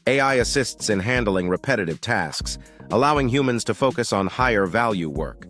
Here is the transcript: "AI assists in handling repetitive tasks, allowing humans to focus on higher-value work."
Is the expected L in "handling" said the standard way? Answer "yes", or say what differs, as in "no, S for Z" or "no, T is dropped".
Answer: yes